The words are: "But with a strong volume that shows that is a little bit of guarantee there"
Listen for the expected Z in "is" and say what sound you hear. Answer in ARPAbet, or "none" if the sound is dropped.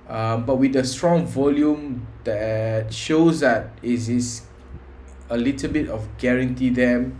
S